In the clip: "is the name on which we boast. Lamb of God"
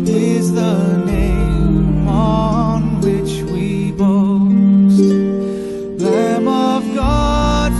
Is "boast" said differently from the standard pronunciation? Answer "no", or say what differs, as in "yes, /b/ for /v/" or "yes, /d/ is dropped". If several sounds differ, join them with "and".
yes, /s/ is dropped